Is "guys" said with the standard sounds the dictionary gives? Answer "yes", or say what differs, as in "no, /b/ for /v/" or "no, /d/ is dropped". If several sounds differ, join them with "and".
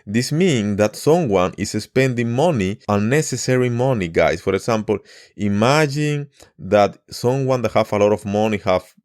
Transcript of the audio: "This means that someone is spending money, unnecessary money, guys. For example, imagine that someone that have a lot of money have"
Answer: no, /s/ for /z/